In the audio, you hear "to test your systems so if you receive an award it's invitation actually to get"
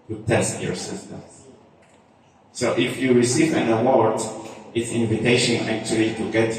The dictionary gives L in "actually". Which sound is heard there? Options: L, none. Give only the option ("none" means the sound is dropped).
L